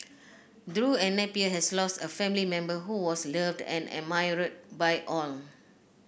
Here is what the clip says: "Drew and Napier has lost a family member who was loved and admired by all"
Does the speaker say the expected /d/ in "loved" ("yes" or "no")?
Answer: yes